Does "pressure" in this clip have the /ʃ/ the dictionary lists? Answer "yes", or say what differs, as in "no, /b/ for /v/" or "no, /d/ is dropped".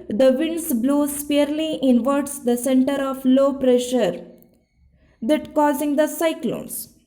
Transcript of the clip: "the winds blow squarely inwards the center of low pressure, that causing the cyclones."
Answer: yes